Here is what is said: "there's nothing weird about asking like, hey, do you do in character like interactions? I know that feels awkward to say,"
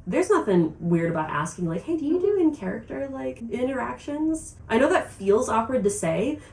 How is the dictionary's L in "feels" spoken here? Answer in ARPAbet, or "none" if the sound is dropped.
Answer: L